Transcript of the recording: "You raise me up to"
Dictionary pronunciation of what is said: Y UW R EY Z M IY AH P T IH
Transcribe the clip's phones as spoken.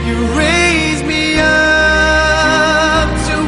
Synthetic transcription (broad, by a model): Y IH R EY Z M IY AH P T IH